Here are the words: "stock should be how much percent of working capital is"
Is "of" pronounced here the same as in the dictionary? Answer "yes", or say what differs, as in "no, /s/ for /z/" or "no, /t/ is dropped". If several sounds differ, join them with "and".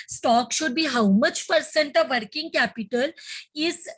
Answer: yes